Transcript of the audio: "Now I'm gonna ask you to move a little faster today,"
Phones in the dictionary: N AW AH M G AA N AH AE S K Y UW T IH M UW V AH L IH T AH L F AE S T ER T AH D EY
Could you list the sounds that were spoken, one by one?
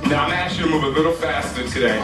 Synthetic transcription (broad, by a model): N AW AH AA AH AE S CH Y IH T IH M UW V AH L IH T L F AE S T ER T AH D EY